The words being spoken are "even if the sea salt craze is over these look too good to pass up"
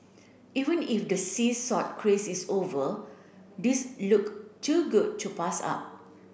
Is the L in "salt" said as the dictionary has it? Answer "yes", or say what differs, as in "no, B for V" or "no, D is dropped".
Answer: no, L is dropped